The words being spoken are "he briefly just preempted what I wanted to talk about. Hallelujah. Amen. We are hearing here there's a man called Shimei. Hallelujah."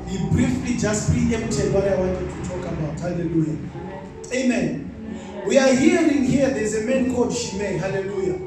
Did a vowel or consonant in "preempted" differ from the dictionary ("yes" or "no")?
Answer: yes